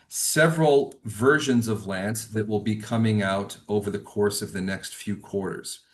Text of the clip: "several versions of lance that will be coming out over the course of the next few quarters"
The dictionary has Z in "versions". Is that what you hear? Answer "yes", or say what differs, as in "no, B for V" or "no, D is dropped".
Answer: yes